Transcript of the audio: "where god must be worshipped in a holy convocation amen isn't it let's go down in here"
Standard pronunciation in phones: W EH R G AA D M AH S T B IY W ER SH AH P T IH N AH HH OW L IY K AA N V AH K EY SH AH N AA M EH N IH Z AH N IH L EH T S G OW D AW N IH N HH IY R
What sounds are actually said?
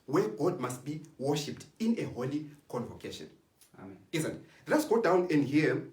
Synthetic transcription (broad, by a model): W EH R G AA D M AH S T B IY W ER SH AH P T IH N AH HH OW L IY K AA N V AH K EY SH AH N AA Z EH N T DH IH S G OW D AW N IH N HH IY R